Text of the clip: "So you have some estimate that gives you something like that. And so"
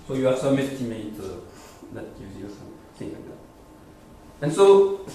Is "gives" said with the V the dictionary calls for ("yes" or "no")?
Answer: no